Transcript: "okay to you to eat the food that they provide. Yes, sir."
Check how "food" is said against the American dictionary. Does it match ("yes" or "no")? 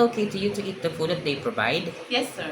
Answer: yes